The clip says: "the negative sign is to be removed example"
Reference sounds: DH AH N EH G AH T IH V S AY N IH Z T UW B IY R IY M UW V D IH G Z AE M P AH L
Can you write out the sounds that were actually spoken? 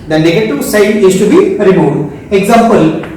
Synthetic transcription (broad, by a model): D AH N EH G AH T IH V S AY N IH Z T UW B IY R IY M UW D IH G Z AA M P AH L